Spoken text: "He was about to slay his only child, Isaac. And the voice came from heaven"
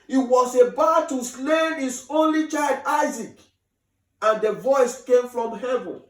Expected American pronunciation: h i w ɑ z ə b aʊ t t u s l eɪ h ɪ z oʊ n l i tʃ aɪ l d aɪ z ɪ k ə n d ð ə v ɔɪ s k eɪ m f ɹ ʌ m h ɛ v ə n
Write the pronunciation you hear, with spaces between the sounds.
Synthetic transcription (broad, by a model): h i w ɑ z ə b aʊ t t u s l eɪ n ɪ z oʊ n l i tʃ aɪ l d aɪ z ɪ k ə n d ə v ɔɪ s k eɪ m f ɹ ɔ m h ɛ v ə n